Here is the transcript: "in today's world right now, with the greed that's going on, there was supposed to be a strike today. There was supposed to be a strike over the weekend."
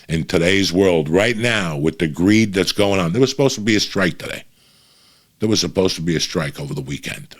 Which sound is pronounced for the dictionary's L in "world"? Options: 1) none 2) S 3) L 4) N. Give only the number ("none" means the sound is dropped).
3